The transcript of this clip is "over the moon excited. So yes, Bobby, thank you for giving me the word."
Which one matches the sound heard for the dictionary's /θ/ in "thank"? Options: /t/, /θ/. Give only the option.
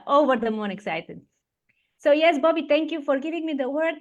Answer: /t/